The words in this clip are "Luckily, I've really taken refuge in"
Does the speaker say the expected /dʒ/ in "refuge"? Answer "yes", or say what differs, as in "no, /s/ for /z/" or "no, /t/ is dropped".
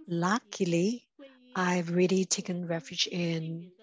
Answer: yes